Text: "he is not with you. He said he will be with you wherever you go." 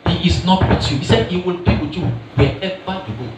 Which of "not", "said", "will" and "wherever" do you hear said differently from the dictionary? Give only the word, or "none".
wherever